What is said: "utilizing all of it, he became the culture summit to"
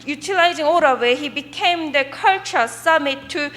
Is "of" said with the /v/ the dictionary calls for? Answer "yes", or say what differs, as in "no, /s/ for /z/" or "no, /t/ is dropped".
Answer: no, /w/ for /v/